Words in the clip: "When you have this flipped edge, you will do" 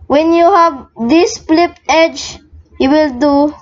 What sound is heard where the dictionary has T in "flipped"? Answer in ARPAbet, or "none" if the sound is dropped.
none